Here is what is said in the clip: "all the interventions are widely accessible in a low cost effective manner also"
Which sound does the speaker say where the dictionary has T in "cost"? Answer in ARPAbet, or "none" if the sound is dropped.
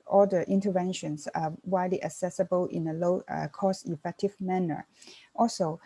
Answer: none